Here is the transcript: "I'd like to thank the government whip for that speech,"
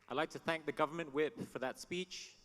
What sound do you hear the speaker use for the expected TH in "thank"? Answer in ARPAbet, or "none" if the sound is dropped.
TH